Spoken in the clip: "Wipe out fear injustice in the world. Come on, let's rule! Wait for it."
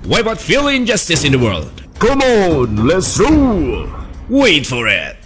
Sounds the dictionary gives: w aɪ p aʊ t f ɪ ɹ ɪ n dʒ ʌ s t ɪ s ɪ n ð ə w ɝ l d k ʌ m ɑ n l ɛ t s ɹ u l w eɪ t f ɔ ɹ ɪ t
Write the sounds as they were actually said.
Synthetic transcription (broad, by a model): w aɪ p aʊ t f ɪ l ɪ n dʒ ʌ s t ɪ s ɪ n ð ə w ɝ l d k ʌ m ɑ n l ɛ t s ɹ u w eɪ t f ɔ ɹ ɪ t